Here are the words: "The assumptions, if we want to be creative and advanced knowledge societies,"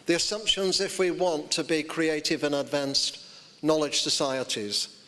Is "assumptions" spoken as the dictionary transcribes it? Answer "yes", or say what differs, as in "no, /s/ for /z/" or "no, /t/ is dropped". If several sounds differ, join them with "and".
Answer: yes